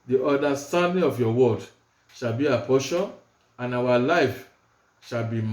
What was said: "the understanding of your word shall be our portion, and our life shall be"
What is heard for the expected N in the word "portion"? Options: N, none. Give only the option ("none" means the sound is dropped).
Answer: none